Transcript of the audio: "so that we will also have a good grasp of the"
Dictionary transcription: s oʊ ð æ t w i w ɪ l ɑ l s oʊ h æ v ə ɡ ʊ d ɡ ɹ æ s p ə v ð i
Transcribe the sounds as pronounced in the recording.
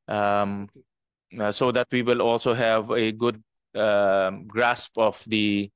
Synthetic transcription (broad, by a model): s oʊ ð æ t w i w ɪ l ɑ l s oʊ h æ v ə ɡ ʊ d ɡ ɹ æ s p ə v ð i